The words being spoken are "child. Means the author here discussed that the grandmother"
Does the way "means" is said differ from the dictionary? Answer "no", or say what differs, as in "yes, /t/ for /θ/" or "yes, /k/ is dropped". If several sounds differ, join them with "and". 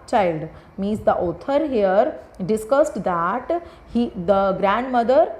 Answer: yes, /n/ is dropped